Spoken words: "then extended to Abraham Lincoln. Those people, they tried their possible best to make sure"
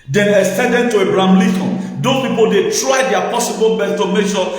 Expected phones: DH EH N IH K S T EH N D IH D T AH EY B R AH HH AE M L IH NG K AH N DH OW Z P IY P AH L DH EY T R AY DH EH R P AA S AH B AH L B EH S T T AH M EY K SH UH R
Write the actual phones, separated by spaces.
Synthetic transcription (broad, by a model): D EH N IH S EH D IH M T AH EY B R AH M L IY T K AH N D OW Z P IY P AH L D EY T R AY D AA P AA S AH B AH L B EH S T T AH M EY K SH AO